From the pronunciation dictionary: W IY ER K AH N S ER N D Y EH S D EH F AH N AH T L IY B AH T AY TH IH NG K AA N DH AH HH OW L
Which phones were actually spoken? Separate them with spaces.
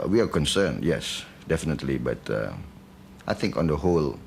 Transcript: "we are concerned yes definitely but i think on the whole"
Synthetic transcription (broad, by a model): W IY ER K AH N S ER N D Y EH S D EH F AH N AH T L IY B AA T AY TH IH NG K AA N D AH HH OW L